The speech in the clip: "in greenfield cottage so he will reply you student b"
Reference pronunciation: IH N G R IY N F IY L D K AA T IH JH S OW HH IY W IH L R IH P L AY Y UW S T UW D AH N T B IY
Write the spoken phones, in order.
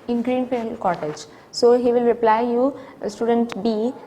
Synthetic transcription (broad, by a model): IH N G R IY N P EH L K AA T IH JH S OW HH IY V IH L R IH P L AY Y UW S T UW D AH N T B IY